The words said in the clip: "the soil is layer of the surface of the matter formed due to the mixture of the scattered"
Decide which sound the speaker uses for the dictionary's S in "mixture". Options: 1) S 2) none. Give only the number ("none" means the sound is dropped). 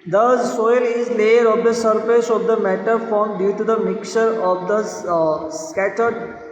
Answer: 2